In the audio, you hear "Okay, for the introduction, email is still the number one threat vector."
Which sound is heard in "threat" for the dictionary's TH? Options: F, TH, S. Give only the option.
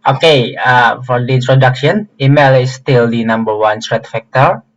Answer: S